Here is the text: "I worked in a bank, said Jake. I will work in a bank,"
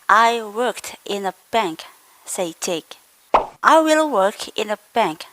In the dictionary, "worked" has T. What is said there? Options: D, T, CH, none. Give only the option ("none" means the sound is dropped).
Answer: T